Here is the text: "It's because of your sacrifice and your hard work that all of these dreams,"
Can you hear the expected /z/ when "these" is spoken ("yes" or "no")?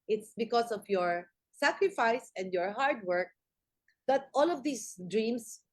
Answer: no